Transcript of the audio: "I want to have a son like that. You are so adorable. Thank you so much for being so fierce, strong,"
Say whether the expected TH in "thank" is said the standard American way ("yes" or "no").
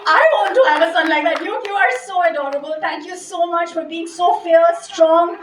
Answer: no